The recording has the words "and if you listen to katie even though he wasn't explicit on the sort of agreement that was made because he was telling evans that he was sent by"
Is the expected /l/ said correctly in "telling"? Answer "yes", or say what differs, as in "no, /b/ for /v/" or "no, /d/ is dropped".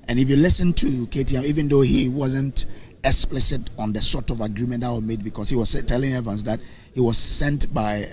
yes